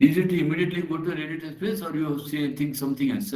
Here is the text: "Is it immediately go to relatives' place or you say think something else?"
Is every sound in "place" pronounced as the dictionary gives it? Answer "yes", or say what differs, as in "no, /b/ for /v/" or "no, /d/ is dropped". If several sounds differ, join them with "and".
no, /l/ is dropped